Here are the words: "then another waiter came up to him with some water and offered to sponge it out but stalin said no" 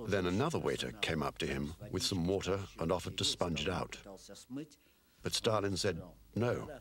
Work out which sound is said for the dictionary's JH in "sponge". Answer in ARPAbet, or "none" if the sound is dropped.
JH